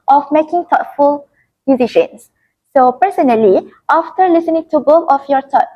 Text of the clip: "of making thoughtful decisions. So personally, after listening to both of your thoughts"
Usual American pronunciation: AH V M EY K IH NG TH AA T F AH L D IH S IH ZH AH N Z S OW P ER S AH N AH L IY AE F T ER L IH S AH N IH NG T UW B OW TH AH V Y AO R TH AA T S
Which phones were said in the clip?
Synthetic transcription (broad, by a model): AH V M EY K IH NG T AA T F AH L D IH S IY SH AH N S OW P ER S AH N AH L IY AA F T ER L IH S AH N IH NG T UW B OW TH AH F Y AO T AA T